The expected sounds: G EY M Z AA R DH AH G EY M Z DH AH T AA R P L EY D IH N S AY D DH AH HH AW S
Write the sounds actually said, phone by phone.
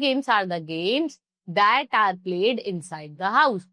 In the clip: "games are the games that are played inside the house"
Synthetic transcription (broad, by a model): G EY M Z AA R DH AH G EY M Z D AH T AA R P L EY D IH N S AY D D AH HH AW S